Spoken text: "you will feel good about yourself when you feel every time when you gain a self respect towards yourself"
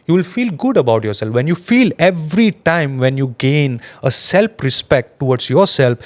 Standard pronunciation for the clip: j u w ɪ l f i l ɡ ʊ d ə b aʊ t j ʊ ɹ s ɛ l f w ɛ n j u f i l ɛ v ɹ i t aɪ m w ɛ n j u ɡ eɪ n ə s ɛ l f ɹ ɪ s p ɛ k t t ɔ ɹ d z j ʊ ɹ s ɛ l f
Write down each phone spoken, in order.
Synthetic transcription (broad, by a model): j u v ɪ l f i l ɡ ʊ d ə b aʊ t j ʊ ɹ s ɛ l f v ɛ n j u f i l ɛ v ɹ i t aɪ m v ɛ n j u ɡ eɪ n ə s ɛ l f ɹ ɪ s p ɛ k t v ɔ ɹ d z j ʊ ɹ s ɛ l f